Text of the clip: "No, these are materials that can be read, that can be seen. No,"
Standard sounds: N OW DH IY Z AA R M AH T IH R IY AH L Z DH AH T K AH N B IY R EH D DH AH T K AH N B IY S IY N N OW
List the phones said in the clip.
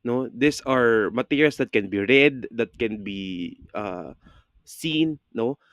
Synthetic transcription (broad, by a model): N OW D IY S AA R M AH T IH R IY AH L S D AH T K AH N B IY R EH D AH T K AH N B IY S IY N N OW